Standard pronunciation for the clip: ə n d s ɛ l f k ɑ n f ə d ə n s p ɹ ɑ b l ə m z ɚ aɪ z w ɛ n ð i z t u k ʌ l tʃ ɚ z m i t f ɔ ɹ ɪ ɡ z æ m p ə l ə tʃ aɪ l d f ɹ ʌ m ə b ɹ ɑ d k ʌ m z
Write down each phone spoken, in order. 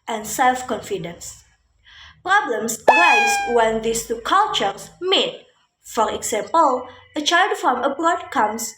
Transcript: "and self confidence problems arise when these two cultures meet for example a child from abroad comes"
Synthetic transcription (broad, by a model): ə n s ɛ l f k ɑ n f ə d ə n s p ɹ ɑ b l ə m s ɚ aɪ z w ɛ n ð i s t u k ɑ l tʃ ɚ s m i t f ɔ ɹ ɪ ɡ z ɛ m p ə l ə tʃ aɪ l d f ɹ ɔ m ə b ɹ ɑ d k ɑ m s